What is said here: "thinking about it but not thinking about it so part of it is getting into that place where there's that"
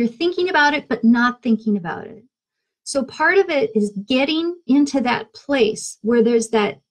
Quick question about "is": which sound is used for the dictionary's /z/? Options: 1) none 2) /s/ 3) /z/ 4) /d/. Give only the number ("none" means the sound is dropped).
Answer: 3